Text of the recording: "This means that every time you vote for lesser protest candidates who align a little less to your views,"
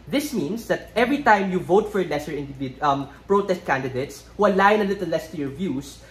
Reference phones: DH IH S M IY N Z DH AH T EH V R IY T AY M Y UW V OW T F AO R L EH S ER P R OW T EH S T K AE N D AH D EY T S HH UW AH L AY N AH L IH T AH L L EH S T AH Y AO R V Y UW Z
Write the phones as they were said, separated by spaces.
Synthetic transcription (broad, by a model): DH IH S M IY N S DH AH T EH V R IY T AY M Y UW V OW T F AO R L EH S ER P R OW T EH S T K AE N D AH D EY T S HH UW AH L AY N AH L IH T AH L L EH S T AH Y AO R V Y UW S